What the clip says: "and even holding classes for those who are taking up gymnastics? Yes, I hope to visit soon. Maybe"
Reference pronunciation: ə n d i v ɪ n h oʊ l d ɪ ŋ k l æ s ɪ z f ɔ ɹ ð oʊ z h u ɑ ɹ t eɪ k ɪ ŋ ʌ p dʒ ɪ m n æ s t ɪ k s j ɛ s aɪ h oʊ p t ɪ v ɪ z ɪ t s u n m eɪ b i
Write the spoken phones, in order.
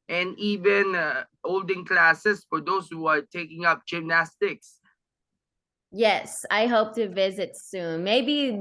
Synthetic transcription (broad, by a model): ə n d i v ɪ n h oʊ l d ɪ ŋ k l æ s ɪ s f ɔ ɹ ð oʊ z h u ɑ ɹ t eɪ k ɪ ŋ ʌ p dʒ ɪ m n æ s t ɪ k s j ɛ s aɪ h oʊ p t ɪ v ɪ z ɪ t s u n m eɪ b i